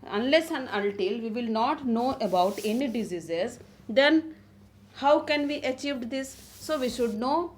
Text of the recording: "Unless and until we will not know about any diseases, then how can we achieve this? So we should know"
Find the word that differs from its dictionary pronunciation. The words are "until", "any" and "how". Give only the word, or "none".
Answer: until